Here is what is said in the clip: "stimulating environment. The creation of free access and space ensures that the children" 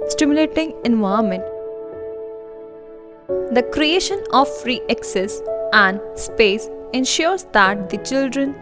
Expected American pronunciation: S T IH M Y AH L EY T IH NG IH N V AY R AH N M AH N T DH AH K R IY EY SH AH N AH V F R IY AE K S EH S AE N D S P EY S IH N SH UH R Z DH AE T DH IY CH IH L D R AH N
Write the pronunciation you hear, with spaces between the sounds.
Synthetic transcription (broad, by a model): S T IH M Y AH L EY T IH NG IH N V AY AH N M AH N T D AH K R IY EY SH AH N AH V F R IY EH K S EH S AE N D S P EY S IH N SH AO R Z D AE T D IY CH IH L D R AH N